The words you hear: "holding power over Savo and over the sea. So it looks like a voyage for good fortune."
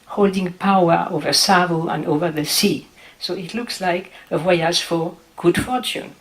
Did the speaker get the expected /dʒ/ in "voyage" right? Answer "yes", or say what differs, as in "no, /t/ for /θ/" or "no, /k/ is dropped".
no, /z/ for /dʒ/